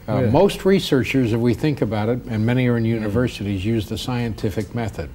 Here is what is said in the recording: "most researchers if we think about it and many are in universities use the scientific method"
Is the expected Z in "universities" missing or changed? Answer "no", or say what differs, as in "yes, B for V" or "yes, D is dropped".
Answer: no